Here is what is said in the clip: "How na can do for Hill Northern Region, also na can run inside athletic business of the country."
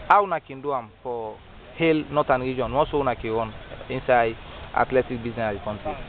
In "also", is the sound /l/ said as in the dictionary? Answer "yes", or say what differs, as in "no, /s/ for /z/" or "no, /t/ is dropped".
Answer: no, /n/ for /l/